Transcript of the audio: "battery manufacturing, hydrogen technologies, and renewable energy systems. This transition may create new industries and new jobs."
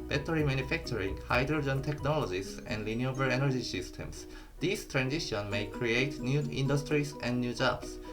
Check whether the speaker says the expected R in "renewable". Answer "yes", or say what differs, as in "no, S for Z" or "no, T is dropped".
no, L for R